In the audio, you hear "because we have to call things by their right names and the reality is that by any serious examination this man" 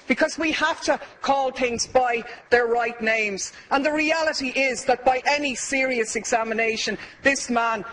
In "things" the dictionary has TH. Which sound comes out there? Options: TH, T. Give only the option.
TH